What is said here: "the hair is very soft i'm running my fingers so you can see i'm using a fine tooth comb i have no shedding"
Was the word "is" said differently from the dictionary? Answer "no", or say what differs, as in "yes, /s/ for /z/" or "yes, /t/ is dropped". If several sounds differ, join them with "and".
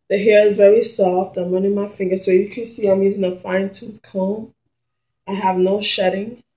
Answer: no